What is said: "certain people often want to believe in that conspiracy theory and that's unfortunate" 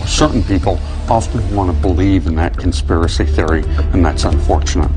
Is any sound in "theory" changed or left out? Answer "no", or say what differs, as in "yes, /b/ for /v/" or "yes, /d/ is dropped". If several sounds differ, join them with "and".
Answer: no